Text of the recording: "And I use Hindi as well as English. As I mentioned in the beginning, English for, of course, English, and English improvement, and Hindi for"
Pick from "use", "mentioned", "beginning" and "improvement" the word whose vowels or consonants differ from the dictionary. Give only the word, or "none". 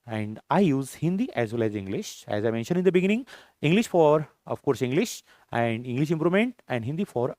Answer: improvement